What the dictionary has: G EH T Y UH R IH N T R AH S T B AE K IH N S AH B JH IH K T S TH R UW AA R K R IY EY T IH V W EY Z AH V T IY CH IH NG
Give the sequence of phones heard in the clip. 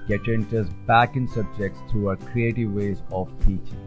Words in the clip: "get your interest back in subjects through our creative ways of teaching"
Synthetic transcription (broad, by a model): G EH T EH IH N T AH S B AE K IH N S AH B JH IH K T S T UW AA K R IY EY T IH V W EY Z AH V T IY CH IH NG